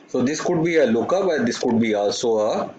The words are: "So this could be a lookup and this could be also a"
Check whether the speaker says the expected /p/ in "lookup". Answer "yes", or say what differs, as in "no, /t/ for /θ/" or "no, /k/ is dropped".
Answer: no, /b/ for /p/